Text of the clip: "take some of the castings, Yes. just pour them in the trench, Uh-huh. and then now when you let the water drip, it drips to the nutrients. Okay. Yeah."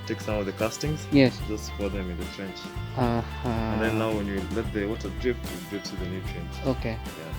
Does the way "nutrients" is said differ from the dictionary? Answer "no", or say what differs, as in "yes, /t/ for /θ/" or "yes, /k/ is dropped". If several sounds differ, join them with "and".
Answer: yes, /s/ is dropped